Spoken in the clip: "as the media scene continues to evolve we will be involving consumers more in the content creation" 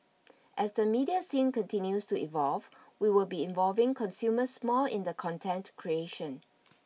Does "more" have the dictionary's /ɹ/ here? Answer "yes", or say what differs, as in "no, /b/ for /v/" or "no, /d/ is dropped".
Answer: no, /l/ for /ɹ/